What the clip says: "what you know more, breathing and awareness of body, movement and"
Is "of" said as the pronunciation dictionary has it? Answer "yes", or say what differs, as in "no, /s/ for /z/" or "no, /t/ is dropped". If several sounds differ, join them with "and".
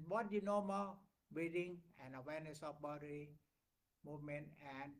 no, /p/ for /v/